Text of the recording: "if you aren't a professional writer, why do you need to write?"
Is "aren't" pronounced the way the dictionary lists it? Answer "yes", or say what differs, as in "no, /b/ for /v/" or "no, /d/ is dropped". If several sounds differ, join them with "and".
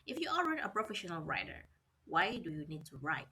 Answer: no, /n/ is dropped